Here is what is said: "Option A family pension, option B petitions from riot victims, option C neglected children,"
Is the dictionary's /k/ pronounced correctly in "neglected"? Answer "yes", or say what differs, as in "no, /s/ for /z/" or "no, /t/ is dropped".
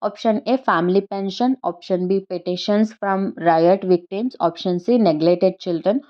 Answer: no, /k/ is dropped